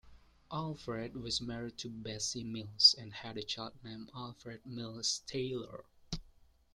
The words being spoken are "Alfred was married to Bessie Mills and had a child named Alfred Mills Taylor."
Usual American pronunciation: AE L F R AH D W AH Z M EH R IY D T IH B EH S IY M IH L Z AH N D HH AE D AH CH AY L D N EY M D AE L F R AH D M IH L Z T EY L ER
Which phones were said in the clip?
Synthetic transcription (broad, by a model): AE L F R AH D W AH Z M EH R IY D T IH B EH S IY M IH L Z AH N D HH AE D AH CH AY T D N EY M AE L F R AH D M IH L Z T EY L ER